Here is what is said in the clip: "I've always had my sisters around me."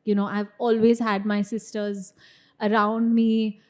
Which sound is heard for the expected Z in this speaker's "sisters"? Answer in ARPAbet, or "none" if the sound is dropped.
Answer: Z